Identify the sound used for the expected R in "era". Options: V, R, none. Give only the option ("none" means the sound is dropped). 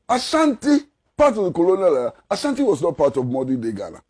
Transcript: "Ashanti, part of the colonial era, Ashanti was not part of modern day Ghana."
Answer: none